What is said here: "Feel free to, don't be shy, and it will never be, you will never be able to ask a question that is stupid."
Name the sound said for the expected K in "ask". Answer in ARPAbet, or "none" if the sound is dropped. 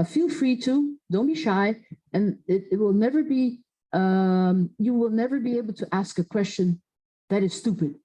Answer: K